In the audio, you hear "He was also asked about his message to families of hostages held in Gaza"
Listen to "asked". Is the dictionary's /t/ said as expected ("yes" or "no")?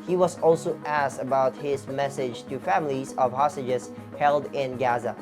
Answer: yes